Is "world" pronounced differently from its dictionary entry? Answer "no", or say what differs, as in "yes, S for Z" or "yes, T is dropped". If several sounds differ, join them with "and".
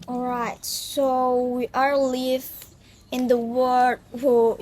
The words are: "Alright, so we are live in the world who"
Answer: yes, L is dropped